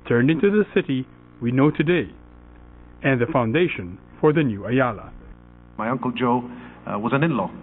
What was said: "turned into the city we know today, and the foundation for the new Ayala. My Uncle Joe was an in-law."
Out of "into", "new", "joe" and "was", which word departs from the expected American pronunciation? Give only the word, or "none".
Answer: none